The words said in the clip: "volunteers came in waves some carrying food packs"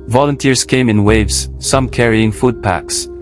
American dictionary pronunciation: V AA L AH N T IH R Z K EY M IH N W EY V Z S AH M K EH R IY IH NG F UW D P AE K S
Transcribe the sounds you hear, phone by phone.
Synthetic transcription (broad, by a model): V AA L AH N T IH R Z K EY M IH N W EY V Z S AH M K EH R IY IH NG F UW D P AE K S